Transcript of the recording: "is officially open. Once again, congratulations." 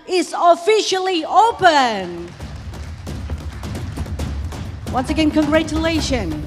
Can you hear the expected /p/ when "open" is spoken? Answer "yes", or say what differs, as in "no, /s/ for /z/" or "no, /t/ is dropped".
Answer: yes